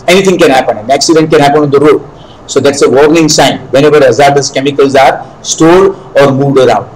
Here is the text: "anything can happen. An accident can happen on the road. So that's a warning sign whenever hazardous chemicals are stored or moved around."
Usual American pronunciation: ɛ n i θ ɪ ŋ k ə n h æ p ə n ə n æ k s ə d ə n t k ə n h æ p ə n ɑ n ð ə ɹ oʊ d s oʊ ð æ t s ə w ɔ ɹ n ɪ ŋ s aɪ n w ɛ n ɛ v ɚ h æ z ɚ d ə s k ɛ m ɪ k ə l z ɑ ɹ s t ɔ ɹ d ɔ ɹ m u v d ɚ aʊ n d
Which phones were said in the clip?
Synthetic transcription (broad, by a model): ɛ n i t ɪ ŋ k ə n h æ p ə n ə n æ k s ə d ə n t k ə n h æ p ə n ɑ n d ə ɹ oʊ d s oʊ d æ t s ə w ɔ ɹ n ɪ ŋ s aɪ n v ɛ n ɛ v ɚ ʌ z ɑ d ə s k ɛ m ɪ k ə l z ɑ ɹ s t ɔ d ɔ ɹ m u v d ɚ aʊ n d